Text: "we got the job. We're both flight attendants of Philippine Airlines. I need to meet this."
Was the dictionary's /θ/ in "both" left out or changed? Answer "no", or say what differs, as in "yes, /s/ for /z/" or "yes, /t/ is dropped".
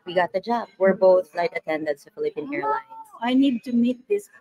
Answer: no